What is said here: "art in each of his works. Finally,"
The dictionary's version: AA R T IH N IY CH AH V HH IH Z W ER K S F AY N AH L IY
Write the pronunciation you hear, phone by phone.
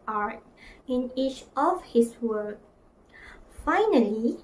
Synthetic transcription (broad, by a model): AA R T IH N IY CH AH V HH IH S W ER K F AY N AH L IY